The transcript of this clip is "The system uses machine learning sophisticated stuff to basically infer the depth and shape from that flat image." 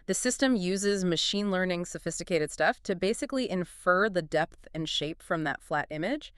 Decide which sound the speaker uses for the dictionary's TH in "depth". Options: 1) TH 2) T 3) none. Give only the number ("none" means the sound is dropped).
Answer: 1